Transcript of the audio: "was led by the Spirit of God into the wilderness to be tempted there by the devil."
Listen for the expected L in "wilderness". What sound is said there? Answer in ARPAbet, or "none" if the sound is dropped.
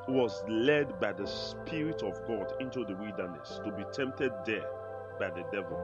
none